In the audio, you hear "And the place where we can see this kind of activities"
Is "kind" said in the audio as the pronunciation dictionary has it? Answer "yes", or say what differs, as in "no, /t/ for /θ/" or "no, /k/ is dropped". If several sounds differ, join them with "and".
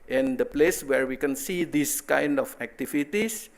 yes